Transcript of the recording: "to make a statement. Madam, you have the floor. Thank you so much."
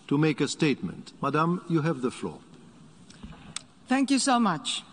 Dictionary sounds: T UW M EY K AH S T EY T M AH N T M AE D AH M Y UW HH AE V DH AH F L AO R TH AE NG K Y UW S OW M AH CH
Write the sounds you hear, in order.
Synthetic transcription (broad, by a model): T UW M EY K AH S T EY T M AH N T M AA D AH M Y UW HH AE V DH AH F L AO R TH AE NG K Y UW S OW M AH CH